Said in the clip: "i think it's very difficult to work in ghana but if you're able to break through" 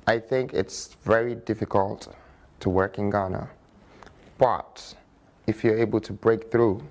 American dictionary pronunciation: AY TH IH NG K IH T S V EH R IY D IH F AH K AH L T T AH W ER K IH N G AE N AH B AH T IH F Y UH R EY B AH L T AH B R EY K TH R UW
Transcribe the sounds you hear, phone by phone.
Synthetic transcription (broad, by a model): AY TH IH NG K IH T S V EH R IY D IH F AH K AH L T T AH W ER K IH N G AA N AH B AH T IH F Y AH R EY B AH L T AH B R EY K TH R UW